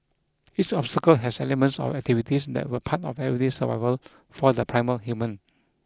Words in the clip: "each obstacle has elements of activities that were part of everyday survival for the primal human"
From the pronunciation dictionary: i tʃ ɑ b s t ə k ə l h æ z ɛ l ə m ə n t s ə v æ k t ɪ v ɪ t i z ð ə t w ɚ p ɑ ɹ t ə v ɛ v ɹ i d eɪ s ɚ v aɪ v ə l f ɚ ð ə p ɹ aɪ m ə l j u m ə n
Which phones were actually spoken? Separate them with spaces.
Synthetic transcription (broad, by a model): i tʃ ɑ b s t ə k ə l h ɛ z ɛ l ə m ə n t s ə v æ k t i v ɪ t i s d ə t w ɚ p ɑ t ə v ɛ ɹ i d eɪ s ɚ v aɪ v ə l f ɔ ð ə p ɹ aɪ m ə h j u m ə n